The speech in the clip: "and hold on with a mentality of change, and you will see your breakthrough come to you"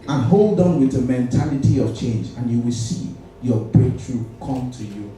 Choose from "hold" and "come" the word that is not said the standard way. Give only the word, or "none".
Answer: none